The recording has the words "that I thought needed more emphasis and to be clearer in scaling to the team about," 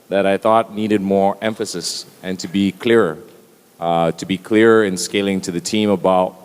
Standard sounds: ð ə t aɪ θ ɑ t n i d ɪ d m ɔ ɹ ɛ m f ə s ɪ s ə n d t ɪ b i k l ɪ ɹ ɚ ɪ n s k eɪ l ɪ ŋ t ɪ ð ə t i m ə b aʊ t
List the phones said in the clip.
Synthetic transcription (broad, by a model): ð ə t aɪ θ ɑ t n i d ɪ d m ɔ ɹ ɛ m f ə s ɪ s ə n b t ɪ b i k l ɪ ɹ ɚ ɪ n s k eɪ l ɪ ŋ t ɪ ð ə t i m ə b aʊ t